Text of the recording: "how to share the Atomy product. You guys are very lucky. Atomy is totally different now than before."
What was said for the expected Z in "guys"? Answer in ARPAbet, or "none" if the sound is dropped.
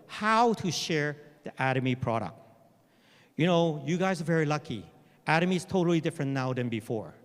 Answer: Z